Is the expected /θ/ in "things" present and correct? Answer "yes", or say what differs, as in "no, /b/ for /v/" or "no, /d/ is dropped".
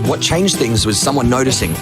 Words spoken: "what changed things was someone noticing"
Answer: yes